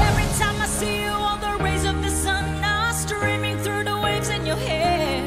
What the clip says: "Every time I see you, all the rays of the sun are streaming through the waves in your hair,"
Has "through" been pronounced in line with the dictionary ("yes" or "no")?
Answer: yes